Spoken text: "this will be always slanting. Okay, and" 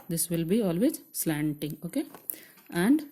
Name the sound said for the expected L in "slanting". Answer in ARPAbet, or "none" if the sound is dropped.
L